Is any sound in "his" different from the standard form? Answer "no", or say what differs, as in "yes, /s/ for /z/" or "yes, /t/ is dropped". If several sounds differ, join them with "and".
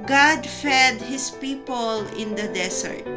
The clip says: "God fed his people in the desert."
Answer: yes, /s/ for /z/